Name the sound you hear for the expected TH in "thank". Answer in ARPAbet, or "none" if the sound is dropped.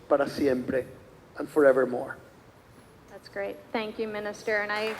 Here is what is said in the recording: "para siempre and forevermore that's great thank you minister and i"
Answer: TH